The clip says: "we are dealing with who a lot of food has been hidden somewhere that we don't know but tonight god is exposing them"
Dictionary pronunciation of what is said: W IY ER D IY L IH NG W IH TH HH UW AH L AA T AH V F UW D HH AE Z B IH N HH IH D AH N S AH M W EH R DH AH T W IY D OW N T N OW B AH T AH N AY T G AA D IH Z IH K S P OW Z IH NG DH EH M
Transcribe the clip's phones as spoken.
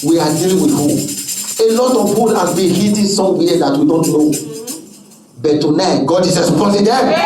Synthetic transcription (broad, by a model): W IY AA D IY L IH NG W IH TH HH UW AH L AA T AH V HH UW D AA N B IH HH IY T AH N S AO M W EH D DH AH T W IY D OW N T N OW B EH T AH N AY T G AA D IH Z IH S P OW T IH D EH